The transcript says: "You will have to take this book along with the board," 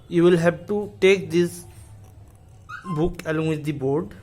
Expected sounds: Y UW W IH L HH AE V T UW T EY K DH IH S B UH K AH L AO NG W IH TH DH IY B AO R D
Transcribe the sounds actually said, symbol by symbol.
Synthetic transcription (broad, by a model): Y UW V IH L HH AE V T UW T EY K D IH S B UH K AH L AO NG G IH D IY B AO R D